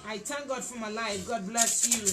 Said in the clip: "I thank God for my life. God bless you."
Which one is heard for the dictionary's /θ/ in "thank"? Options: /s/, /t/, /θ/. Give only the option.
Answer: /t/